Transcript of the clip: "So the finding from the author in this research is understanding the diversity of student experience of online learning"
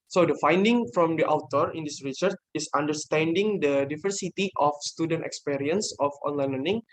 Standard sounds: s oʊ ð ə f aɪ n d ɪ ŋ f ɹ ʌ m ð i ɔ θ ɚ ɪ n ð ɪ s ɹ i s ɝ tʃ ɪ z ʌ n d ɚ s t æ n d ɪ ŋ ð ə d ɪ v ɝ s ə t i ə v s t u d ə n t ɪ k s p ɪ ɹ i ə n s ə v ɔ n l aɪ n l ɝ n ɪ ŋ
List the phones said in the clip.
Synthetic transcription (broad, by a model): s oʊ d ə f aɪ n d ɪ ŋ f ɹ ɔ m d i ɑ t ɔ ɪ n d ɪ s ɹ i s ɝ tʃ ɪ s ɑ n d ɚ s t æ n d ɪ ŋ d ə d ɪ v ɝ s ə t i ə f s t u d ə n t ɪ k s p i ɹ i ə n s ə f ɔ n l aɪ n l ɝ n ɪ ŋ